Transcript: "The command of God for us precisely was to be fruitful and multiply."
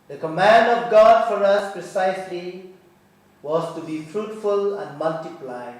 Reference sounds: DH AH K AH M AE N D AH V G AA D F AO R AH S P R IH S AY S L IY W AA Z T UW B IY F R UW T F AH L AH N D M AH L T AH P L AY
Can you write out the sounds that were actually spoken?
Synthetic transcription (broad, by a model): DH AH K AH M AE N D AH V G AA D F AO R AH S P R IH S AY S L IY W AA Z T UW B IY F R UW T F AH L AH N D M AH L T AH P L AY